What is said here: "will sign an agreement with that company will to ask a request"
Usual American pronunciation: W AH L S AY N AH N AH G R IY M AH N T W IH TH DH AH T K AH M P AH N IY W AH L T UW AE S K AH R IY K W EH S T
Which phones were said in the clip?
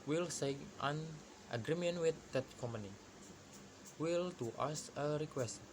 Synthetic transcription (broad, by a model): W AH L S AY AH N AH G R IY M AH N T W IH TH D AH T K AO M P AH N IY W AH L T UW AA S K AH R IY K W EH S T